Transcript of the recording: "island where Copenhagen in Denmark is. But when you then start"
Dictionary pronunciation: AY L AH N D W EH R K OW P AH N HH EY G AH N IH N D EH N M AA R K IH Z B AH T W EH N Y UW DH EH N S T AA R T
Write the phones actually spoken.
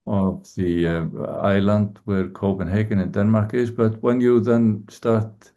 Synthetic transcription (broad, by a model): AY L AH N D W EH R K OW P AH N HH EY G AH N IH N D EH N M AA R K IH Z B AH T W EH N Y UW DH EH N S T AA R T